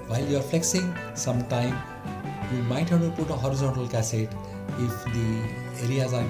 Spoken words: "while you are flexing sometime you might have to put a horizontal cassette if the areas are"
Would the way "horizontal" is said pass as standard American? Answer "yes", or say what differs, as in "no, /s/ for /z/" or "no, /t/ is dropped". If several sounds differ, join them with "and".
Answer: yes